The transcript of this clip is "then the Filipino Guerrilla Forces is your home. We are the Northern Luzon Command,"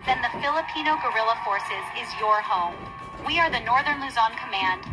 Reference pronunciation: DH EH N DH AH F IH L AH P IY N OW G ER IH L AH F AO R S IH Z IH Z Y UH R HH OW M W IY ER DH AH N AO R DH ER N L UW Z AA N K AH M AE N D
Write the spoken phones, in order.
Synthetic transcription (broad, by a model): DH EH N DH AH F IH L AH P IY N OW G ER IH L AH F AO R S IH Z IH Z Y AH R HH OW M W IY ER DH AH N AO R DH ER N L UW Z AA N K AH M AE N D